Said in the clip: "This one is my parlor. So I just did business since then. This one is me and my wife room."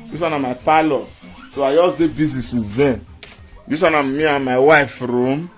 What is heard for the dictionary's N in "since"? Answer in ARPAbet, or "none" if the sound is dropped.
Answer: none